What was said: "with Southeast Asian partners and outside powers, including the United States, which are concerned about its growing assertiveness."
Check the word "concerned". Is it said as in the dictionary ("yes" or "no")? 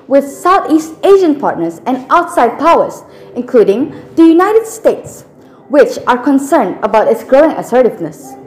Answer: yes